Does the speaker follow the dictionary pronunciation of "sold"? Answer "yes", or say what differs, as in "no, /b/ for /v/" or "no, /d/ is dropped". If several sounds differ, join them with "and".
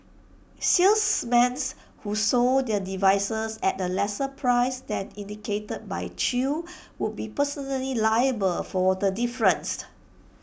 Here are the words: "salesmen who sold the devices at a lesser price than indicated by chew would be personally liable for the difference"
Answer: no, /l/ is dropped